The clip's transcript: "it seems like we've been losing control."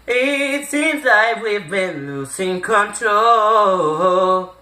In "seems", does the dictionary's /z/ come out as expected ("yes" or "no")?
yes